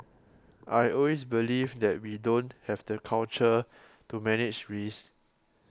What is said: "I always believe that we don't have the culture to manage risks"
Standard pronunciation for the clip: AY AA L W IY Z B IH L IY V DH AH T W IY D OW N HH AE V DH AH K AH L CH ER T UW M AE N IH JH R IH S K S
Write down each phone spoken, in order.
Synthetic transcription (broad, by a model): AY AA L W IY S B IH L IY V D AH T W IY D OW N HH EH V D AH K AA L CH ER T UW M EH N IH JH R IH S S